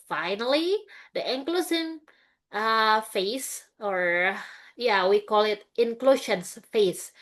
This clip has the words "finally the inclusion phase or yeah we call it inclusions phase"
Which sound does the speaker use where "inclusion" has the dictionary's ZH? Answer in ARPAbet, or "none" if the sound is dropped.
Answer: S